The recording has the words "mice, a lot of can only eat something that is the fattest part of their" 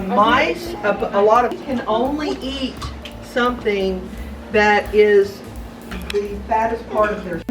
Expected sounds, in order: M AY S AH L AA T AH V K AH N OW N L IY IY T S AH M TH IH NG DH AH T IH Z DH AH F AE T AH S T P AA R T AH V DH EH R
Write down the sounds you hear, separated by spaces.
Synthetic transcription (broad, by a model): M AY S AH L AA T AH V K AH N OW N L IY IY T S AH M TH IH NG DH AH T IH Z DH AH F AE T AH S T P AA R T AH V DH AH R